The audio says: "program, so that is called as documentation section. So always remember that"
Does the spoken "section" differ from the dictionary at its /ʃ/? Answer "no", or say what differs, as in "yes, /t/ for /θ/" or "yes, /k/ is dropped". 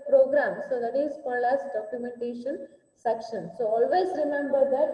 no